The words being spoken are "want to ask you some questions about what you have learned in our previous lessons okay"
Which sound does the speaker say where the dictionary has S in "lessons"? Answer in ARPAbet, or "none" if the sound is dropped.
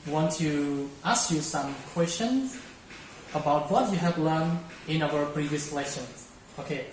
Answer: SH